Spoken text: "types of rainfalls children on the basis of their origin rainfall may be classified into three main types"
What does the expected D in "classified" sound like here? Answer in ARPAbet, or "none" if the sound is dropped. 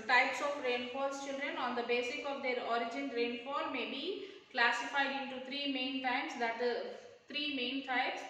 D